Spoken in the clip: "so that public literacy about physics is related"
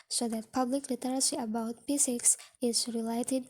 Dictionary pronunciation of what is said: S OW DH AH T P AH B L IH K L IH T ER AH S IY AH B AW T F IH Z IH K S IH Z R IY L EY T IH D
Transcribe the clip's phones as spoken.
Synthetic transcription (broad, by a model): S OW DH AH T P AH B L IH K L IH T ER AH S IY AH B AW T P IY S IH K S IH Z R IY L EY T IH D